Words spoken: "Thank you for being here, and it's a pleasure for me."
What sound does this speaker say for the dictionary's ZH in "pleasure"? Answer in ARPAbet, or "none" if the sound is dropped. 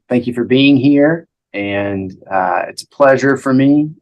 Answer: ZH